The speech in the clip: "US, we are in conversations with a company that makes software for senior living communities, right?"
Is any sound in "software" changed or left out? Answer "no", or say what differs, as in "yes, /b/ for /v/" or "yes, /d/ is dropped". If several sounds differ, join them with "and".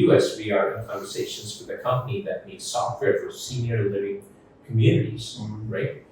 no